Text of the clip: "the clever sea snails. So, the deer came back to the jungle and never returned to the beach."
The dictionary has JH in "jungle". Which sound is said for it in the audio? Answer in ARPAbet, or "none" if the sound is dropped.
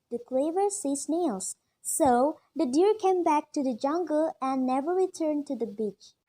JH